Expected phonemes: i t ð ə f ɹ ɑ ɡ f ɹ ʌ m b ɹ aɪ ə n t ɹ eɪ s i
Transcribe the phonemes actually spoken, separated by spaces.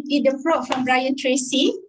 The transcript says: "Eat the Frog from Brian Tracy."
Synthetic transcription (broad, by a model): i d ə p ɹ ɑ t f ɹ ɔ m b ɹ aɪ ə n t ɹ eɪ s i